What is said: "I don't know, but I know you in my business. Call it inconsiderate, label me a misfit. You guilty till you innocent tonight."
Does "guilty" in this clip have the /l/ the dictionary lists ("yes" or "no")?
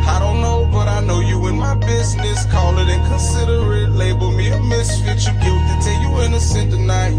no